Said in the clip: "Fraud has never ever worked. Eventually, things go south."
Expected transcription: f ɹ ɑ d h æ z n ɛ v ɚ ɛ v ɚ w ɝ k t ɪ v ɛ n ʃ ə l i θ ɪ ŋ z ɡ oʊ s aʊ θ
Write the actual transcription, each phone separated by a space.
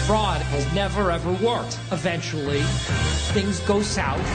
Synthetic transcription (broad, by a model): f ɹ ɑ d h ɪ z n ɛ v ɚ ɛ v ɚ w ɝ k t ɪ v ɛ n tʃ l i θ ɪ ŋ z ɡ oʊ s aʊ